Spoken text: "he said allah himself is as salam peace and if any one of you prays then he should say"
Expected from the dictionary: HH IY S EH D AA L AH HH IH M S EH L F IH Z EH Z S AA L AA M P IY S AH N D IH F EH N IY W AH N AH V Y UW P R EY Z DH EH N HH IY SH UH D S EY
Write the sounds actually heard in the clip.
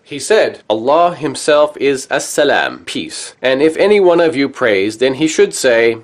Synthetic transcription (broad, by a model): HH IY S EH D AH L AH HH IH M S EH L F IH Z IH S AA L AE M P IY S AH N IH F EH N IY W AH N AH V Y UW P R EY Z DH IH N IY SH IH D S EY